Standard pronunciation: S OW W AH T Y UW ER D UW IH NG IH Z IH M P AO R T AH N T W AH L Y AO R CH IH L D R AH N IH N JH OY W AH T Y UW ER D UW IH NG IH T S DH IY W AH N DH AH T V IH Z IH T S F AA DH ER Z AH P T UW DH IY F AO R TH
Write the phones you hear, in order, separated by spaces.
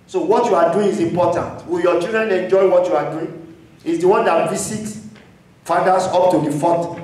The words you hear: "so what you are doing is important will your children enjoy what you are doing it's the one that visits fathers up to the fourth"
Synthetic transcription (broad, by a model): S OW W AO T Y UW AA D UW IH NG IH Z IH M P AO T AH N T W AH L Y AO CH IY L D R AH N IH N JH OY W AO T Y UW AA D UW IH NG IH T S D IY W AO N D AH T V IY S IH T F AA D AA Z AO P T UW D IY F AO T